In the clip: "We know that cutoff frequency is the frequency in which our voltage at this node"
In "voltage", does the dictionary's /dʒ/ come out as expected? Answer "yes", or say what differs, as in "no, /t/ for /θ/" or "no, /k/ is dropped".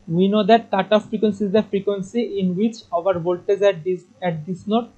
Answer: no, /z/ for /dʒ/